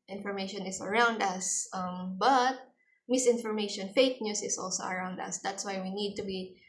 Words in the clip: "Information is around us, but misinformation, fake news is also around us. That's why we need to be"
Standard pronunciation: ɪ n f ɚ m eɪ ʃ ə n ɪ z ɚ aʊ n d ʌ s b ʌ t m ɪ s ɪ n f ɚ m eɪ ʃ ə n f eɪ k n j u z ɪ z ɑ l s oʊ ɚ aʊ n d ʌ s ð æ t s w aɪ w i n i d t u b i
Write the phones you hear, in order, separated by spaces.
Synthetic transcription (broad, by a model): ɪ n f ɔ m eɪ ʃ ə n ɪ s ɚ aʊ n d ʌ s b ʌ t m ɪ s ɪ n f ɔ m eɪ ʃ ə n f eɪ k n j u s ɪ s ɑ l s oʊ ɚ aʊ n d ʌ s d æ t s w aɪ w i n i d t u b i